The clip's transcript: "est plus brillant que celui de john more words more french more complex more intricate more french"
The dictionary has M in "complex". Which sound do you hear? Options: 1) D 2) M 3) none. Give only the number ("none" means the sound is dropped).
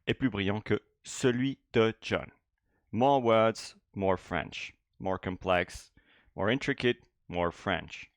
3